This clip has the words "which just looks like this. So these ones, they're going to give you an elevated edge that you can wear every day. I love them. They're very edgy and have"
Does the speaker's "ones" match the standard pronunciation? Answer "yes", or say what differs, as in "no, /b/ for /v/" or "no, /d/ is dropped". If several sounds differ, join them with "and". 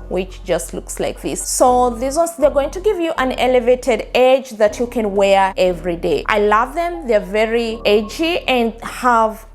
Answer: no, /n/ is dropped